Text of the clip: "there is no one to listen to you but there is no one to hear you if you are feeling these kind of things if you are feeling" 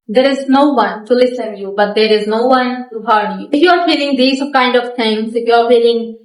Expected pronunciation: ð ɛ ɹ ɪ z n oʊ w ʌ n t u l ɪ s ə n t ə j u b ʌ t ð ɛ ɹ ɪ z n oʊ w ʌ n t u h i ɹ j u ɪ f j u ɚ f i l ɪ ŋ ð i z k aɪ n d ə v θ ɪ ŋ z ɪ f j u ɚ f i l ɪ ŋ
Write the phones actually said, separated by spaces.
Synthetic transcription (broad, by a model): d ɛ ɹ ɪ z n oʊ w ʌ n t u l ɪ s ə n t j u b ʌ t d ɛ ɹ ɪ z n oʊ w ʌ n t u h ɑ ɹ j u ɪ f j u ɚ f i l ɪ ŋ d i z k aɪ n d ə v t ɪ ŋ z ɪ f j u ɚ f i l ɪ ŋ